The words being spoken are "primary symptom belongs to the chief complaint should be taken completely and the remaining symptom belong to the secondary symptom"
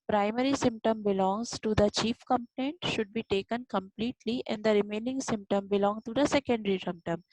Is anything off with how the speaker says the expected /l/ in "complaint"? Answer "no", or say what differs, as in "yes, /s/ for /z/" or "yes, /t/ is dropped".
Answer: yes, /n/ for /l/